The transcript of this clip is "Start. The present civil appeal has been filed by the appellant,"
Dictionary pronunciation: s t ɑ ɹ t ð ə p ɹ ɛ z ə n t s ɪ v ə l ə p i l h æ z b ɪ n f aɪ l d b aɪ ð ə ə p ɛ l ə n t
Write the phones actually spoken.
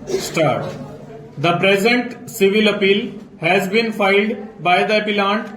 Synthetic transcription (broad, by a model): s t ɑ ɹ t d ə p ɹ ɛ z ə n t s ɪ v ə l ə p i l h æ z b ɪ n f aɪ l d b aɪ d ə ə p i l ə n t